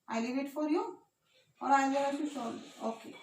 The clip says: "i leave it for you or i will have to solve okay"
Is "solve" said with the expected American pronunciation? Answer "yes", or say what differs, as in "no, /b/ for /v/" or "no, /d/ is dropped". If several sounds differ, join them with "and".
no, /v/ is dropped